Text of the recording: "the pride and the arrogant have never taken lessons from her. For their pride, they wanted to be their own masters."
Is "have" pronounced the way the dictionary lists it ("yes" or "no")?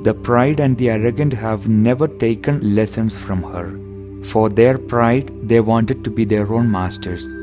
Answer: yes